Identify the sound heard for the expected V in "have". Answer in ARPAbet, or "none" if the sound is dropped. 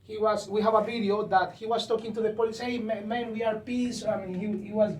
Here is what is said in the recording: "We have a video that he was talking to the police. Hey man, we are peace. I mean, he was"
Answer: V